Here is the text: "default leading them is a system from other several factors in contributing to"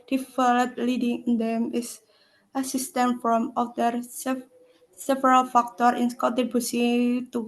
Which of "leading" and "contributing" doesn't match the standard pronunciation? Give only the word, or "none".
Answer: contributing